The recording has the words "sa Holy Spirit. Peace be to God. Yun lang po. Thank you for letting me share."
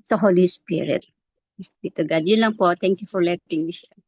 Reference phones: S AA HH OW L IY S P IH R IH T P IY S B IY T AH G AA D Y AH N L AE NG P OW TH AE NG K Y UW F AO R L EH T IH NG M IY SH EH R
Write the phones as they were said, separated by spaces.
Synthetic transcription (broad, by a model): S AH HH OW L IY S P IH R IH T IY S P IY T AH G AA D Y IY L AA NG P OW T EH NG K Y UW F AO R L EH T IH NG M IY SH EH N